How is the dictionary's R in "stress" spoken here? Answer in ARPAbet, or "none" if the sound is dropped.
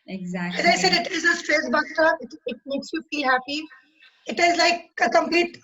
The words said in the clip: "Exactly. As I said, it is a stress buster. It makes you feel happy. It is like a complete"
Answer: R